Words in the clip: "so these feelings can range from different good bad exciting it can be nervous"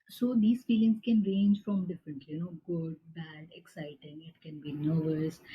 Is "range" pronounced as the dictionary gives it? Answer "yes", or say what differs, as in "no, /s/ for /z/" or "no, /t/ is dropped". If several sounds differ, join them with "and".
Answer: yes